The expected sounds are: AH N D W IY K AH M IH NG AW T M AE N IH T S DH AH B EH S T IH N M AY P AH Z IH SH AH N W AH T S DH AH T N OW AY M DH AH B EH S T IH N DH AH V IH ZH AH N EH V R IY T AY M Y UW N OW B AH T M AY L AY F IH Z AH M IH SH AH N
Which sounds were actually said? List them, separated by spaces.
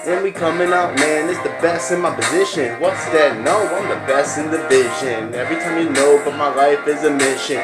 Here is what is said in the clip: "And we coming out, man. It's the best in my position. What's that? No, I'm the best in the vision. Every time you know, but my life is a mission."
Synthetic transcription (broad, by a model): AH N W IY K AH M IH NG AW T M AE N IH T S DH AH B EH S T IH N M AY P AH Z IH SH AH N W AH T S DH AH T N OW AY M DH AH B EH S T IH N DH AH V IH ZH AH N EH V R IY T AY M Y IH N OW B AH T M AY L AY F IH Z AH M IH SH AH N